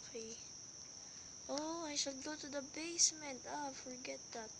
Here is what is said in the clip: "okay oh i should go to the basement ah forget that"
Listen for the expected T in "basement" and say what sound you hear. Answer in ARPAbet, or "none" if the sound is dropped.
T